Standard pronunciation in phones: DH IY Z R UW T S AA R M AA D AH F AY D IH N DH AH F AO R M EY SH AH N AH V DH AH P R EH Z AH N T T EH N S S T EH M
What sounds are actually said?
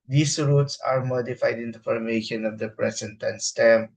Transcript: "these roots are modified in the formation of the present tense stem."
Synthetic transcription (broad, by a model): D IY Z R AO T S AA R M AA D AH F AY D IH N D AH F AO R M EY SH AH N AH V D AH P R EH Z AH N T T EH N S S T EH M